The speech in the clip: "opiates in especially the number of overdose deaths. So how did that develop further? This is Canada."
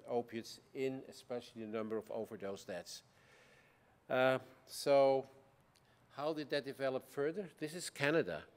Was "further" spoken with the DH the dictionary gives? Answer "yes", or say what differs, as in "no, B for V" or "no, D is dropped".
yes